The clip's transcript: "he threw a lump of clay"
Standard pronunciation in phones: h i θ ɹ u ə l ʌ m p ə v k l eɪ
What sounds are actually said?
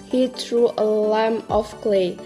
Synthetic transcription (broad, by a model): h i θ ɹ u ə l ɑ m ə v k l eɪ